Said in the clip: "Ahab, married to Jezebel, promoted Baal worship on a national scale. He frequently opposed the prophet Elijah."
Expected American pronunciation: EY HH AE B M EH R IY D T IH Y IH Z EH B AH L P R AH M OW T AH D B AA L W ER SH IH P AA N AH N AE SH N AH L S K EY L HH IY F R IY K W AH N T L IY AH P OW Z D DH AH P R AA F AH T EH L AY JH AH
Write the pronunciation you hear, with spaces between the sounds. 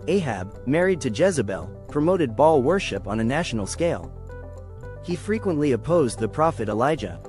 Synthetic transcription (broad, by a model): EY HH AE B M EH R IY D T IH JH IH Z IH B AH L P R AH M OW T AH D B AA L W ER SH IH P N AH N AE SH N L S K EY L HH IY F R IY K W AH N T L IY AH P OW Z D DH AH P R AA F AH T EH L AY JH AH